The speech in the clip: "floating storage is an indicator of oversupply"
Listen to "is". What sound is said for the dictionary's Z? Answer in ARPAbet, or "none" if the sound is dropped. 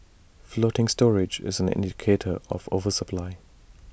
Z